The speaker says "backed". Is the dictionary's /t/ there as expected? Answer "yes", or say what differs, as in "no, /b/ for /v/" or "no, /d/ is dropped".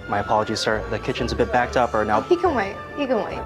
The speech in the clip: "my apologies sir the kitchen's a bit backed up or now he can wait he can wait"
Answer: yes